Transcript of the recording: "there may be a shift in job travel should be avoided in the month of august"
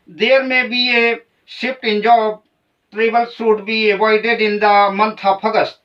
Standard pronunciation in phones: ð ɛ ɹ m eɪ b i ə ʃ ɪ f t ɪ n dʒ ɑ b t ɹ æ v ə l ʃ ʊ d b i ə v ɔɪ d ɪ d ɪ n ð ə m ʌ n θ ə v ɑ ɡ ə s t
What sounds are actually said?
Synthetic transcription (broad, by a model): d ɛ ɹ m eɪ b i ə s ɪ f t ɪ n dʒ ɑ b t ɹ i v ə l s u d b i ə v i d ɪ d ɪ n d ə m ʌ n t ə p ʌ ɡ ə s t